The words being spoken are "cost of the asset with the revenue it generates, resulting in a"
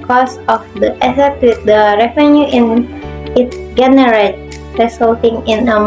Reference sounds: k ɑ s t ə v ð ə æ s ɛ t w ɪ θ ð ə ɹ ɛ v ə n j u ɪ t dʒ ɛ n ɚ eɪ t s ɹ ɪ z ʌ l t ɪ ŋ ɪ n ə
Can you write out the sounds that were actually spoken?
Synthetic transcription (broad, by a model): k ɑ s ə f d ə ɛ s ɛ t w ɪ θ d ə ɹ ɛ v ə n j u ɪ t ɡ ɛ n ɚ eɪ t ɹ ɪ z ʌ l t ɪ ŋ ɪ n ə